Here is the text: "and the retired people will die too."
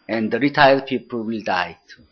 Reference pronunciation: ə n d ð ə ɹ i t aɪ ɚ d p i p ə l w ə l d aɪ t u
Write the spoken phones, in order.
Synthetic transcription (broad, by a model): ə n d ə ɹ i t aɪ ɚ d p i p ə l w ə l d aɪ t